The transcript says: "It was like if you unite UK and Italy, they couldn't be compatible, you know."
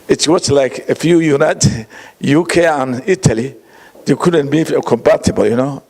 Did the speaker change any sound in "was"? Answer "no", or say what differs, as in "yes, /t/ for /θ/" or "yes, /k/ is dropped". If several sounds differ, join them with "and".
yes, /s/ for /z/